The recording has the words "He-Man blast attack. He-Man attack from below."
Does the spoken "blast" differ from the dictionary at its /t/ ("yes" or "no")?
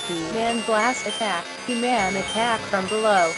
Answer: yes